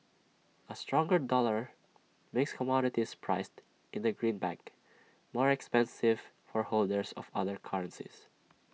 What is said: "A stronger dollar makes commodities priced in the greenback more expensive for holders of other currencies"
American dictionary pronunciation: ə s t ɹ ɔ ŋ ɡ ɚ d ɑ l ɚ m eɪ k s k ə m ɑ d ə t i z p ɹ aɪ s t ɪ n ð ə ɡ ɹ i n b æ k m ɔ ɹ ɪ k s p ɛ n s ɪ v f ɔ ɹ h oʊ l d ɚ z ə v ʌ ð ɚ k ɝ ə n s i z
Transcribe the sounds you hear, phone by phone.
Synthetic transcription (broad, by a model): ə s t ɹ ɔ ŋ ɡ ɚ d ɑ l ɚ m eɪ k s k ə m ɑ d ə t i s p ɹ aɪ s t ɪ n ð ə ɡ ɹ i n b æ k m ɔ ɹ ɪ k s p ɛ n s ɪ v f ɔ ɹ h oʊ l d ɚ s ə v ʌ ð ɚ k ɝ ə n s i s